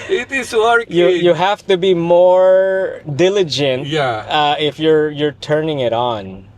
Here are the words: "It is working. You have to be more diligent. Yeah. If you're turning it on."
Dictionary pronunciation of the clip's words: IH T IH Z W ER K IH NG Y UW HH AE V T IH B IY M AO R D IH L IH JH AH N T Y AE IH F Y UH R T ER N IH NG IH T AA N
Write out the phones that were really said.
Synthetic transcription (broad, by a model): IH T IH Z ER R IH Y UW HH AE F T IH B IY M AO R D IH L IH JH AH N T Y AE IH F Y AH R T ER N IH NG IH T N